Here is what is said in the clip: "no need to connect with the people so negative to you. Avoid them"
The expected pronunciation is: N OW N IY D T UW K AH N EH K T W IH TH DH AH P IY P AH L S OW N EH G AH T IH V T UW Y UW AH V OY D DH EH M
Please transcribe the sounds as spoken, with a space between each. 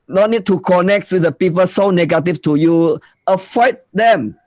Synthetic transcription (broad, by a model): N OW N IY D T UW K AH N EH K T W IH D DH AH P IY P AH L S OW N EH G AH T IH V T UW Y UW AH F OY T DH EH M